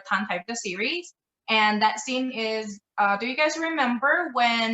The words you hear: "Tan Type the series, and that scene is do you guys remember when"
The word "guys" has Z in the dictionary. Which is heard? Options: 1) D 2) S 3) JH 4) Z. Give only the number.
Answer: 4